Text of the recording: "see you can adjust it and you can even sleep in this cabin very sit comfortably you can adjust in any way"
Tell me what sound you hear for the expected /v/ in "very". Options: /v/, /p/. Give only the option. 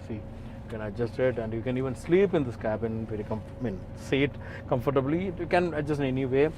/p/